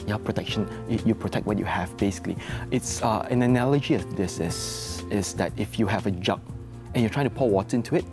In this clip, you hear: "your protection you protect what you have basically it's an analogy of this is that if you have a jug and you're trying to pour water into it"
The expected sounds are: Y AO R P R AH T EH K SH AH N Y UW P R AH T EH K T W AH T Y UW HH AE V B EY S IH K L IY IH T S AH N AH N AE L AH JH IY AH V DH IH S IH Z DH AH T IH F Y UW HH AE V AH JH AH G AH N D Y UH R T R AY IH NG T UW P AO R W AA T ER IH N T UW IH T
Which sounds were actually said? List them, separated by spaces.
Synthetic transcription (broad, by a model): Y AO P R AH T EH K SH AH N Y UW P R AH T EH K T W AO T Y UW HH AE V B EY S IH K L IY IH T S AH N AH N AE L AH JH IY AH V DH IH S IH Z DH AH T IH F Y UW HH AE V AH JH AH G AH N Y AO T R AY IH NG T UW P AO L W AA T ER IH N T UW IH T